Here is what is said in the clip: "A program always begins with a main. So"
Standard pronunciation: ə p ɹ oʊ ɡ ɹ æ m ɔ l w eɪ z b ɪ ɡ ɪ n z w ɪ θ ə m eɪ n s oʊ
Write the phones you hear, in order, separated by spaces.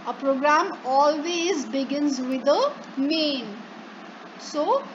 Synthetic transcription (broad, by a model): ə p ɹ oʊ ɡ ɹ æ m ɔ l w eɪ z b ɪ ɡ ɪ n z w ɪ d ə m eɪ n s oʊ